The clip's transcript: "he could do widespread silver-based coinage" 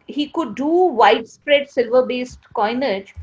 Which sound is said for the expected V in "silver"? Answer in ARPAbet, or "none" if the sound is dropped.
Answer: V